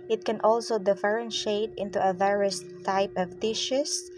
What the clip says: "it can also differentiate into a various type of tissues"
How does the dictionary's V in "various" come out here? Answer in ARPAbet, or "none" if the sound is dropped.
V